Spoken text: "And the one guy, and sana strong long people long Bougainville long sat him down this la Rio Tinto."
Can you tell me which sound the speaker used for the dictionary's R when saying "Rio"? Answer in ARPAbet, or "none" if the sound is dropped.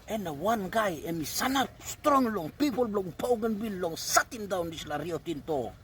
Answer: R